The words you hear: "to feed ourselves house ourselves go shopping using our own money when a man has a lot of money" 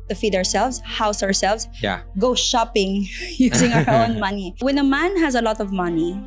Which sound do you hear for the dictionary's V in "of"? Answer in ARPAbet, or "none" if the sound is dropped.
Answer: V